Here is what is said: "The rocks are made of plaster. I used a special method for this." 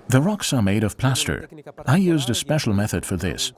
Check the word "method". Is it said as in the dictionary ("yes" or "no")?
yes